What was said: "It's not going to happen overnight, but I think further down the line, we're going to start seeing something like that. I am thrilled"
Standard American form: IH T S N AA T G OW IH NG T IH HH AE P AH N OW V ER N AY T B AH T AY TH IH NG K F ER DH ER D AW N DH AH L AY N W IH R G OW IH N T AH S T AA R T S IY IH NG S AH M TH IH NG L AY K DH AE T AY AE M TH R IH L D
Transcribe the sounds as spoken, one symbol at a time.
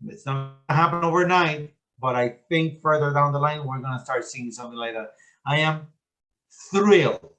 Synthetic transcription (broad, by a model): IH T S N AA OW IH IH HH AE P AH N OW V ER N AY T B AH T AY TH IH NG K F ER DH ER D AW N DH AH L AY N W IH R G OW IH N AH S T AA R T S IY IH NG S AH M TH IH NG L AY K DH AE T AY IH M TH R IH L